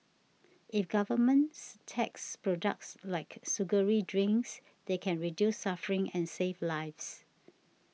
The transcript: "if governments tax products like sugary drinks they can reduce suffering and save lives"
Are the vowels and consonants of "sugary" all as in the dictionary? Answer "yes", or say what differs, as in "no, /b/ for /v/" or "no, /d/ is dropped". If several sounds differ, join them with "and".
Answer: no, /s/ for /ʃ/